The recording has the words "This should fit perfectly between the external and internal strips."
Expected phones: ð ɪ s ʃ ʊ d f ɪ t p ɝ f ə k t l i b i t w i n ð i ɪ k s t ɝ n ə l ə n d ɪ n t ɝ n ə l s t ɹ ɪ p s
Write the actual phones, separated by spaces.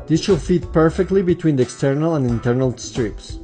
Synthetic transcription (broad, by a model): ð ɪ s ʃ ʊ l f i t p ɝ f ə k t l i b i t w i n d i ɪ k s t ɝ n ə l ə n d ɪ n t ɝ n ə l s t ɹ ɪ p s